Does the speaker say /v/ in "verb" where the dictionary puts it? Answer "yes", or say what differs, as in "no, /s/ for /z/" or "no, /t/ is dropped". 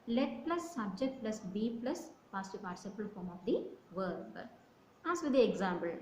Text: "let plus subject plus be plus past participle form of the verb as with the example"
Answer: yes